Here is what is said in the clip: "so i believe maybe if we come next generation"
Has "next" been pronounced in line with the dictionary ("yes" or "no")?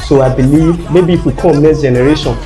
no